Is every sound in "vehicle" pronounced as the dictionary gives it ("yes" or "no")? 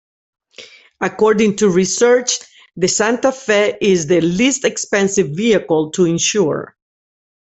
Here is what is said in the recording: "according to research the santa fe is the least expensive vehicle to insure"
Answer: yes